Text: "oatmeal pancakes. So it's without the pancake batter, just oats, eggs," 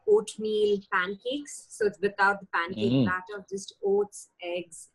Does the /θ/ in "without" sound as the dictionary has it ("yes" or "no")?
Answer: no